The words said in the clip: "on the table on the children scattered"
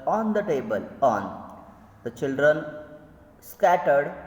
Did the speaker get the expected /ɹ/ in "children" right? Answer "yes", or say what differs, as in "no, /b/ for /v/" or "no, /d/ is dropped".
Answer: yes